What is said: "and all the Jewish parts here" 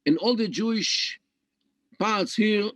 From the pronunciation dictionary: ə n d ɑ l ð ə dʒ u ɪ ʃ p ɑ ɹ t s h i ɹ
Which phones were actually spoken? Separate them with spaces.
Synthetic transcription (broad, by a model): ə n ɑ l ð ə dʒ u ɪ ʃ p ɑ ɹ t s h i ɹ